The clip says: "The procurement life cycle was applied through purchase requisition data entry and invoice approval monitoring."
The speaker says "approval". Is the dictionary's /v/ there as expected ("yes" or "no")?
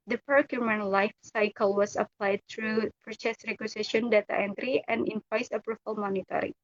no